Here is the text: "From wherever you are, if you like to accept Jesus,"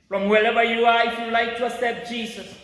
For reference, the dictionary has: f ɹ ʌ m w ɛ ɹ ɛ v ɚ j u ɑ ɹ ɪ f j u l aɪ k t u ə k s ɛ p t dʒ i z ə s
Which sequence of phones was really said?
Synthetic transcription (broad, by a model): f ɹ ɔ m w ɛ l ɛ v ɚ j u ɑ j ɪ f j u l aɪ k t u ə s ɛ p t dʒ i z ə s